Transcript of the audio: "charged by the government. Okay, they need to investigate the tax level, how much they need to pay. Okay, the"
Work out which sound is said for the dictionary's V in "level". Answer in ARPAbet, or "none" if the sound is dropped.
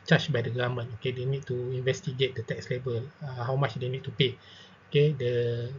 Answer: B